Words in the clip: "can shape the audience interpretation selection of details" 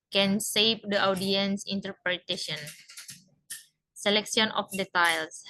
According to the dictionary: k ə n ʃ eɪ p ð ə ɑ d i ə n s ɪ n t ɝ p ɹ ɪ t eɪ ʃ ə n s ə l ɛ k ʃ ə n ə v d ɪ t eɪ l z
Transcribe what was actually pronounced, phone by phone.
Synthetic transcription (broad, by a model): k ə n s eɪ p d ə ɑ d i ə n s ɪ n t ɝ p ɹ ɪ t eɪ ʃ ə n s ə l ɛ k s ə n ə f d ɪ t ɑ l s